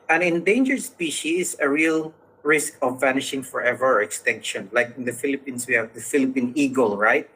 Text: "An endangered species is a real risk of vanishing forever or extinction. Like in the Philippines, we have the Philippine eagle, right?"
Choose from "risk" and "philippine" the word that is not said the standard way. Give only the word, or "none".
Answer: none